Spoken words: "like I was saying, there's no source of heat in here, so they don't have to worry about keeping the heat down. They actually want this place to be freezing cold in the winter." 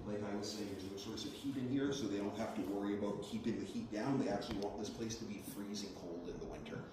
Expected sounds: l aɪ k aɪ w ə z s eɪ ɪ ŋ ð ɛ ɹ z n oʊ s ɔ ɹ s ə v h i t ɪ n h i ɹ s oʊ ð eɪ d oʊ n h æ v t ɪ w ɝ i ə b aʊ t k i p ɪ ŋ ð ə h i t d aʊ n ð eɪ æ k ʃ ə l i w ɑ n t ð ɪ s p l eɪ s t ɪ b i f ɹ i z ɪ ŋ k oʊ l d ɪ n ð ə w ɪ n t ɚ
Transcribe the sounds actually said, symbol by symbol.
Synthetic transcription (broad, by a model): l aɪ k aɪ w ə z s eɪ ɪ ŋ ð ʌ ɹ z n oʊ s ɔ ɹ s ə v h i t ɪ n h i ɹ s oʊ ð eɪ d oʊ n h æ f t ɪ w ɝ i ə b aʊ t k i p ɪ ŋ ð ə h i t d aʊ n ð eɪ æ k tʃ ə l i w ɑ n ð ɪ s p l eɪ s t ɪ b i f ɹ i z ɪ ŋ k oʊ l d ɪ n ð ə w ɪ n t ɚ